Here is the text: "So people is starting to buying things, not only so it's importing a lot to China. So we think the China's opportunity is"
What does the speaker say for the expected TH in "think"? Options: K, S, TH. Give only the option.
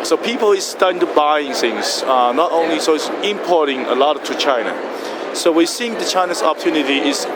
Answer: S